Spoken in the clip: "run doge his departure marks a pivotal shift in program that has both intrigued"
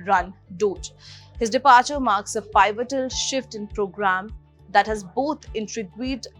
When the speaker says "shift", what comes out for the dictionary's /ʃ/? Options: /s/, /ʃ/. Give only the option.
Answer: /ʃ/